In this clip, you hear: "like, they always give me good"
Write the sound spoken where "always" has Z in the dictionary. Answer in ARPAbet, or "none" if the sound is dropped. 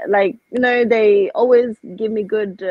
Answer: Z